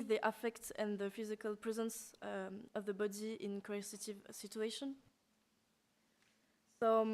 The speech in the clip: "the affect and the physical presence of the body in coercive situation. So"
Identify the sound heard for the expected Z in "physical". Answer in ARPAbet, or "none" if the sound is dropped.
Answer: Z